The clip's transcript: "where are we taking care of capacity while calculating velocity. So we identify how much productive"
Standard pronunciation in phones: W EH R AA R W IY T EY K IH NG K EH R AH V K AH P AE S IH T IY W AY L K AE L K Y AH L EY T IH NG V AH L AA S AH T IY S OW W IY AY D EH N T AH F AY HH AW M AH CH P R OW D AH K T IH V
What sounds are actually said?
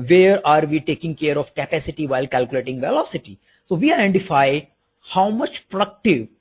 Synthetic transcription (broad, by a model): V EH R AA R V IY T EY K IH NG K EH R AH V K AH P AE S IH T IY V AY L K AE L K Y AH L EY T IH NG V AH L AA S AH T IY S OW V IY AY D EH N T AH F AY HH AW M AH CH P R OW D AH K T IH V